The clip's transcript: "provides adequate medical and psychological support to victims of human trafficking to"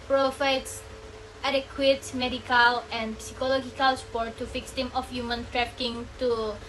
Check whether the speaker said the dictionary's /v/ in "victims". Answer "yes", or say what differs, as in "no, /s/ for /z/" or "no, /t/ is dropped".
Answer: no, /f/ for /v/